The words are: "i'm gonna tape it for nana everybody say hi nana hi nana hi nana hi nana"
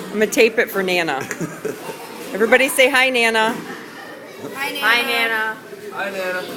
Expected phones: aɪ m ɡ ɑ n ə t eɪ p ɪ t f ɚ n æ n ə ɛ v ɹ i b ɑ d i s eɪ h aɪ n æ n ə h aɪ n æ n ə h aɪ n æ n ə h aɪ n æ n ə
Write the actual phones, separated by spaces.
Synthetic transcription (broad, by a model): aɪ m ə t eɪ p ɪ t f ɚ n æ n ə ɛ v ɹ i b ɑ d i s eɪ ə h aɪ n æ n ə h aɪ n æ n ə h aɪ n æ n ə